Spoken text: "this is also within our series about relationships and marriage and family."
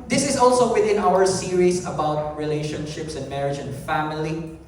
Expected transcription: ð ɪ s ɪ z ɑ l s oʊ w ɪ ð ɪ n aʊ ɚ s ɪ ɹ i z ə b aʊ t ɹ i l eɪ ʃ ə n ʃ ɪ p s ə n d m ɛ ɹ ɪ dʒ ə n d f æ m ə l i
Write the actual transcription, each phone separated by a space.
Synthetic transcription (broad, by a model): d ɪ s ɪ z ɑ l s oʊ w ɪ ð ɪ n aʊ ɚ s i ɹ i s ə b aʊ t ɹ i l eɪ ʃ ə n ʃ ɪ p s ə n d m ɛ ɹ ɪ dʒ ə n d f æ m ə l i